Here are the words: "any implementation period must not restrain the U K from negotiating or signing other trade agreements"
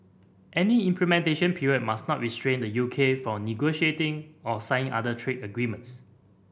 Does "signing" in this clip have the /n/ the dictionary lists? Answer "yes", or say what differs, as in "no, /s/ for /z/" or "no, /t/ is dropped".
no, /n/ is dropped